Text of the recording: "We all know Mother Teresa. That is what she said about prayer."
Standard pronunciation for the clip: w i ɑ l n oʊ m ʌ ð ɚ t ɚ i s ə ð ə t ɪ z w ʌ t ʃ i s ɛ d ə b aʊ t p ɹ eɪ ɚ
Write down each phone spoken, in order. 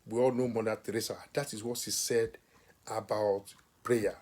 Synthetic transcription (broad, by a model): w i ɑ l n oʊ m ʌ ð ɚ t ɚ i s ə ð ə t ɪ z w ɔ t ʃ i s ɛ d ə b aʊ t p ɹ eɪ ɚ